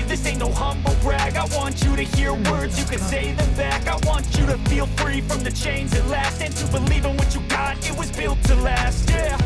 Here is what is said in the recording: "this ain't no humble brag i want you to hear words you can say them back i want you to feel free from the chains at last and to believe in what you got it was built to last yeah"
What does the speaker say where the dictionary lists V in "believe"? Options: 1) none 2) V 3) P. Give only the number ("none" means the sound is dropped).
2